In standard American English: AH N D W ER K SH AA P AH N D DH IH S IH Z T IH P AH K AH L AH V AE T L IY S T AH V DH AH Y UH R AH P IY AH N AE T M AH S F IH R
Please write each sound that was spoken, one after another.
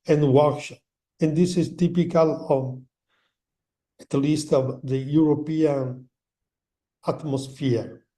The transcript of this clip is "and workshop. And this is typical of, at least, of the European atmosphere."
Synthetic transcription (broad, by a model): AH N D W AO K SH AH N D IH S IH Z T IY P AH K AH L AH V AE T L IY S T AH V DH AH Y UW R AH P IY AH N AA T M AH S F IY R